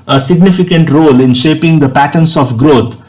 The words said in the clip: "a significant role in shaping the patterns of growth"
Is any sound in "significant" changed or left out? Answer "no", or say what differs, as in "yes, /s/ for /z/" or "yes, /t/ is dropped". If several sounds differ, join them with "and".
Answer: no